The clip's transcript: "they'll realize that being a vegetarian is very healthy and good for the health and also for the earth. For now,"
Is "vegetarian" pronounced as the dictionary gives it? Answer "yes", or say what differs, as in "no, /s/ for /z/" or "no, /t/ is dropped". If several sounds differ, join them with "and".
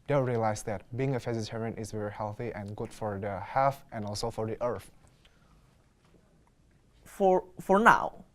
no, /f/ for /v/ and /z/ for /dʒ/